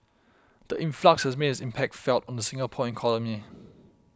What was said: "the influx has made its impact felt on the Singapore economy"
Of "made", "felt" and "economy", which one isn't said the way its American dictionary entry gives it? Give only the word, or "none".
economy